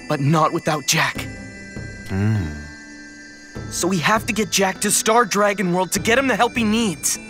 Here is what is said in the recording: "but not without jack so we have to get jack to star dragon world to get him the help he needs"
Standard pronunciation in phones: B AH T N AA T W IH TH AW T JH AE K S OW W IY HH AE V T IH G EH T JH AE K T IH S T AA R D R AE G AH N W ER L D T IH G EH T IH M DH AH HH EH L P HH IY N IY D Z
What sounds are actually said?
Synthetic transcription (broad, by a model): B AH T N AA T W IH TH AW T JH AE K S OW W IY HH AE F T IH G EH T JH AE K T IH S T AA R D R AE G AH N W ER L D T IH G EH T IH M DH AH HH EH L P IY N IY D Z